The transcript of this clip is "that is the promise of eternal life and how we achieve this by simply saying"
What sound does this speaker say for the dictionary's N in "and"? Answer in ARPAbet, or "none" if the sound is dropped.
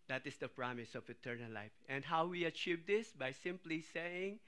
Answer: N